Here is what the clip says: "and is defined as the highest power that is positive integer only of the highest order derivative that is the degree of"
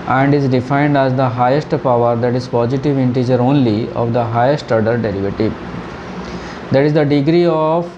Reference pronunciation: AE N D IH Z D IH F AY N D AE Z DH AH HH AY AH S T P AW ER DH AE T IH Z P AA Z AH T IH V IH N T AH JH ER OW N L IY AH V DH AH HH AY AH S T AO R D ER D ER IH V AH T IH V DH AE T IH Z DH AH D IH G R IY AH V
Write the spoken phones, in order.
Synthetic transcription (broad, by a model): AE N D IH Z D IH F AY N D AE Z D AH HH AY AH S T P AW ER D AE T IH Z P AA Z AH T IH V IH N T AH JH ER OW N L IY AH V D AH HH AY AH S T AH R D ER D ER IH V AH T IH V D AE T IH Z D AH D IH G R IY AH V